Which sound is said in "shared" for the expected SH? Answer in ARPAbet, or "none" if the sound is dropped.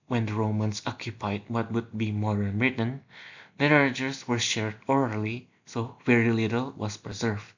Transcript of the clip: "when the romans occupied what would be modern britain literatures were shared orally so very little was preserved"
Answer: SH